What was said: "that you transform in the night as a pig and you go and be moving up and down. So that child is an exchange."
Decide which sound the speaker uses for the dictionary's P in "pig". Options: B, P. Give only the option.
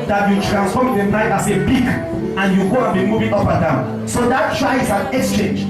B